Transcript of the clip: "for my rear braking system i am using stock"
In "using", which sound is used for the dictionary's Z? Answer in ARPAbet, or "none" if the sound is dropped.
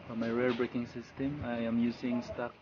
S